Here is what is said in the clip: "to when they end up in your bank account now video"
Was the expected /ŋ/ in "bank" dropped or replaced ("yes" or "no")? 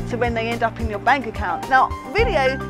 no